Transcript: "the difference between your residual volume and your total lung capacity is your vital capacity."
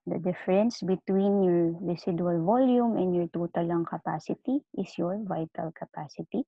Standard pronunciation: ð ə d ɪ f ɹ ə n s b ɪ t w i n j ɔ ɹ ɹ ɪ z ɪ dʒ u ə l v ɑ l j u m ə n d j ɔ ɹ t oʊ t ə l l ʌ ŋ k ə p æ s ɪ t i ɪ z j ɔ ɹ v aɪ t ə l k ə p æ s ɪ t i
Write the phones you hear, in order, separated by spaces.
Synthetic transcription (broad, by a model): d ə d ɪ f ɹ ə n s b ɪ t w i n j ɔ ɹ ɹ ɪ s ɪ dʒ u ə l v ɑ l j u m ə n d j ɔ ɹ t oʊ t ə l l ʌ ŋ k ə p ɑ s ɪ t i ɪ s j ɔ ɹ v aɪ t ə l k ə p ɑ s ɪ t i